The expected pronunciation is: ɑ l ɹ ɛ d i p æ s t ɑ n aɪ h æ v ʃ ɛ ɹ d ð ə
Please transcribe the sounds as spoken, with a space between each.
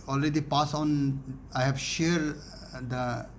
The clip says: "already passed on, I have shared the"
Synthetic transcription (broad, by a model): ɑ l ɹ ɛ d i p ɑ s ɑ n aɪ h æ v ʃ ɛ ɹ d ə